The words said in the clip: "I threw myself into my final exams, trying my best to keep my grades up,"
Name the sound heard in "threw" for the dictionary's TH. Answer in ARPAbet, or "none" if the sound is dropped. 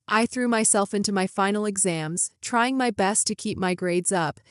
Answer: TH